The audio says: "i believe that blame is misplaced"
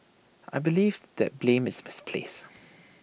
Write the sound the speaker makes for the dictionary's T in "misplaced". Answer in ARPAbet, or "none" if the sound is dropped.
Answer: none